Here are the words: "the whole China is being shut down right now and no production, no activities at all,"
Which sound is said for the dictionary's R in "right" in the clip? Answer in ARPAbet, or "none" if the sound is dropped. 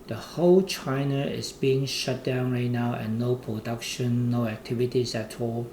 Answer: R